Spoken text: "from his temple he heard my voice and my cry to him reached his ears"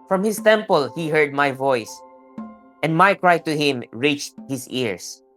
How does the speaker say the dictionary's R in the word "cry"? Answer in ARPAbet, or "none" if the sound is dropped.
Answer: R